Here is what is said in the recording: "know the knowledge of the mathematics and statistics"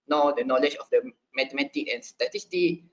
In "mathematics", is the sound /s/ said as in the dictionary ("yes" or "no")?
no